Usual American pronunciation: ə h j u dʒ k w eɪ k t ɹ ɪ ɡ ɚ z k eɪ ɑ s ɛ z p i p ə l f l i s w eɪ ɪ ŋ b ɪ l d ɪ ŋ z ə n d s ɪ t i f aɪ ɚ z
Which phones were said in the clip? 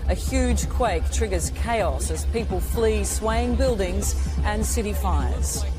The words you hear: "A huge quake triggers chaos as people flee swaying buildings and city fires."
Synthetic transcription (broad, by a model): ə h j u dʒ k w eɪ k t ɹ ɪ ɡ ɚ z k eɪ ɑ s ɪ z p i p ə l f l i s w eɪ ɪ ŋ b ɪ l d ɪ ŋ z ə n s ɪ t i f aɪ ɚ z